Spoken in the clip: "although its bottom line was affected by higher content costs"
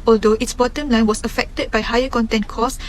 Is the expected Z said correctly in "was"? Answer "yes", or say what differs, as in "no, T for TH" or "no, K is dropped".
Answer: no, S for Z